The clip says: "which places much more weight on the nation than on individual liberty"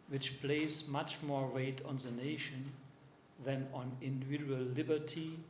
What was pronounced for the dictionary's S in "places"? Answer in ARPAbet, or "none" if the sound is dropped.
none